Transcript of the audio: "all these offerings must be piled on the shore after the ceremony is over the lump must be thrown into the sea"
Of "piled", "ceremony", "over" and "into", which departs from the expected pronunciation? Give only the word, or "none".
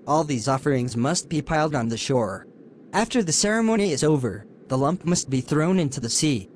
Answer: none